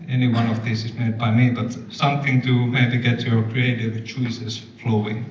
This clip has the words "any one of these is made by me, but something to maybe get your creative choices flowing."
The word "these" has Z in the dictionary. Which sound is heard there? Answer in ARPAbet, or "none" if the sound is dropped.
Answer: S